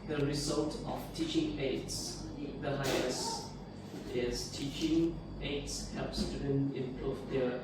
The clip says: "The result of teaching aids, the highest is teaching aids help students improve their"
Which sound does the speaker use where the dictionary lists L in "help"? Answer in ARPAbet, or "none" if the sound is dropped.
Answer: none